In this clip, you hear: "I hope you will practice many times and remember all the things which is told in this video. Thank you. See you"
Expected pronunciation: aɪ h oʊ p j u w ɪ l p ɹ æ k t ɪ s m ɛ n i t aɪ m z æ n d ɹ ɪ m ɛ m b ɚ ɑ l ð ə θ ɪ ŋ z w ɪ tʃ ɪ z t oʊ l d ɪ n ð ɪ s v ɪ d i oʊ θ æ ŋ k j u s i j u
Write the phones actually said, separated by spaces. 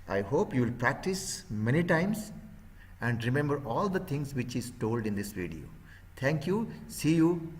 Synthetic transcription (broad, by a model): aɪ h oʊ p j u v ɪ l p ɹ æ k t ɪ s m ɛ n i t aɪ m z æ n d ɹ ɪ m ɛ m b ɚ ɑ l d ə t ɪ ŋ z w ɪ tʃ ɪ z t oʊ l d ɪ n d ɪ s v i d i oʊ t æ ŋ k j u s i j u